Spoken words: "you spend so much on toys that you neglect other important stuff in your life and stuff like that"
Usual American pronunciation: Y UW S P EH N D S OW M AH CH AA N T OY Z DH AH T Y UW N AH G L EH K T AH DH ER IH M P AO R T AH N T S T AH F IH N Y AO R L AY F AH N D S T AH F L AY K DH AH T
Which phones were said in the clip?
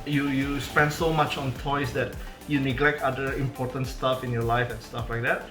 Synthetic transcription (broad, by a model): Y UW S P EH N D S OW M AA CH AA N T OY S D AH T Y UW N AH G L EH K T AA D ER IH M P AO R T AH N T S T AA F IH N Y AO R L AY F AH N S T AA F L AY K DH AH T